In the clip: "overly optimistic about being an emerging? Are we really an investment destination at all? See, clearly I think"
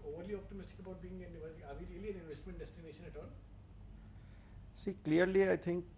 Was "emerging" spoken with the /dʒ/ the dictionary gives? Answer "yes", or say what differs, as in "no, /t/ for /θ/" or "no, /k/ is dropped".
no, /dʒ/ is dropped